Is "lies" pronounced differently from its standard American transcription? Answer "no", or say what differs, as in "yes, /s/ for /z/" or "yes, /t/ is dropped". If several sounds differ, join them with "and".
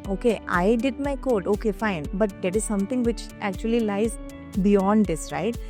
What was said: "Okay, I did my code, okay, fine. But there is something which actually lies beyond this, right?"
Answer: no